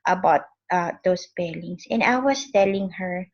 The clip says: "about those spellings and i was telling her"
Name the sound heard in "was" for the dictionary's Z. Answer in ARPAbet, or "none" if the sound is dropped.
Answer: S